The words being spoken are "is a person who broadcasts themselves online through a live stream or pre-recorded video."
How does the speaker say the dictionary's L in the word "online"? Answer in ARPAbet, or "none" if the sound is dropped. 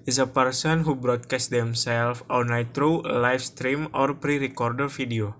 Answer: none